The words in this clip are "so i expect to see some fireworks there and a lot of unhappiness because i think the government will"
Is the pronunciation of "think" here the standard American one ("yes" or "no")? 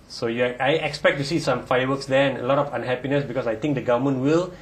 no